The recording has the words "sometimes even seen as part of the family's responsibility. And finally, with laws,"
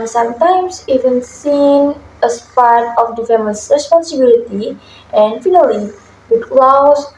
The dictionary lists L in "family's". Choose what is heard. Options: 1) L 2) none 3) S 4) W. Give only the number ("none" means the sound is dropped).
2